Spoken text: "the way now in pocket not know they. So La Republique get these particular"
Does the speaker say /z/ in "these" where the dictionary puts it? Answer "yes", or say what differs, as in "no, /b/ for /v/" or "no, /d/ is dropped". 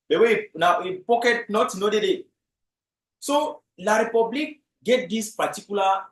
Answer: no, /s/ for /z/